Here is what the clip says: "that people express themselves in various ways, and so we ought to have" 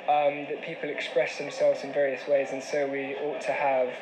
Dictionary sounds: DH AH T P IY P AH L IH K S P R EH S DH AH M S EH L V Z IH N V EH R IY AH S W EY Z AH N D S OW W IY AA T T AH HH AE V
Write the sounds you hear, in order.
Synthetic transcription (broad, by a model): DH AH T P IY P AH L IH K S P R EH S DH AH M S EH L V Z IH N V EH R IY AH S W EY Z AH N S OW W IY AA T T AH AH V